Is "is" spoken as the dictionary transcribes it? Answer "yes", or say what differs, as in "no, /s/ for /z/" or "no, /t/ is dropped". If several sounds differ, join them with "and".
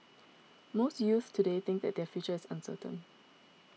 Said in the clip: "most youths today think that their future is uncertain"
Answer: no, /s/ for /z/